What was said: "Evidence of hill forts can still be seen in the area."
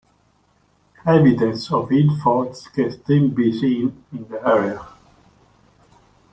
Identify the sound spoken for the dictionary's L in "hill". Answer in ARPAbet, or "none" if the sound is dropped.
N